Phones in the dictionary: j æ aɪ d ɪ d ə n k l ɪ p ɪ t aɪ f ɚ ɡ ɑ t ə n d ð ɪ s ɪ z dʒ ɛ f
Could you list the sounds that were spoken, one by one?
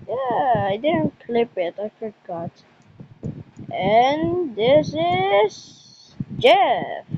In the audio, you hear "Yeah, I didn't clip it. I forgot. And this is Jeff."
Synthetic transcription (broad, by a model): j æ aɪ d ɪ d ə n k l ɪ p ɪ t aɪ f ɚ ɡ ɑ t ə n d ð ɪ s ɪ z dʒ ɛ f